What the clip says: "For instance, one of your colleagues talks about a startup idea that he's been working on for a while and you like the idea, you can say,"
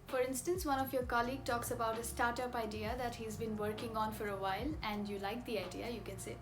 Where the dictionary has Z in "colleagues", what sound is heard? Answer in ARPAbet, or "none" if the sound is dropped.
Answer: none